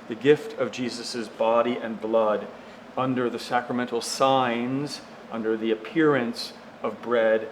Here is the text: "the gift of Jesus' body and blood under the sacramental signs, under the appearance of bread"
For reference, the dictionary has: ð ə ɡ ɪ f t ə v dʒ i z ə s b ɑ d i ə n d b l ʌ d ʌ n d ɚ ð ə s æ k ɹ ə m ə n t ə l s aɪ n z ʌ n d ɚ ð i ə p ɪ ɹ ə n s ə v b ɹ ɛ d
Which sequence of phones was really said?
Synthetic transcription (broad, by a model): ð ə ɡ ɪ f t ə v dʒ i z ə s b ɑ d i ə n b l ʌ d ʌ n d ɚ ð ə s æ k ɹ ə m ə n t l s aɪ n z ʌ n d ɚ ð i ə p ɪ ɹ ə n s ə v b ɹ ɛ d